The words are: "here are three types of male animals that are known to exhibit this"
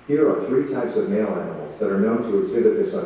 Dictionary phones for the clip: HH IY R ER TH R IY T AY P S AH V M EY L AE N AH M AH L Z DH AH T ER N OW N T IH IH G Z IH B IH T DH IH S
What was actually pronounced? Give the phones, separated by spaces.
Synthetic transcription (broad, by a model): HH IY R ER TH R IY T AY P S AH V M EY L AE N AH M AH L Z DH AH T ER N OW N T IH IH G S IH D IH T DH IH S